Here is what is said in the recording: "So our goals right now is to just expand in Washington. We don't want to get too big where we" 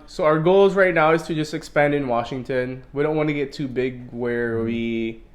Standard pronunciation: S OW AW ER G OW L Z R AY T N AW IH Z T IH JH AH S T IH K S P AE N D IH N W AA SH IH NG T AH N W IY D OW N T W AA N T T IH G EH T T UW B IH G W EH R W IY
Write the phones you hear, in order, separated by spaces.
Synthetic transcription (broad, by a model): S OW AW ER G OW L Z R AY T N AW IH Z T IH JH AH S T IH K S P AE N D IH N W AA SH IH NG T AH N W IY D OW N T W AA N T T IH G EH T T UW B IH G W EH R W IY